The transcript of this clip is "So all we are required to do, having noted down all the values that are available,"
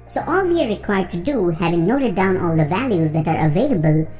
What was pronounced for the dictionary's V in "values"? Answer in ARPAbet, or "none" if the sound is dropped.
V